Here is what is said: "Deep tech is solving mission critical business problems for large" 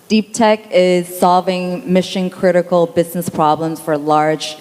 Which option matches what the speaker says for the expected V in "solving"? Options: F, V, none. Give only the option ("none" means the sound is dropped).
V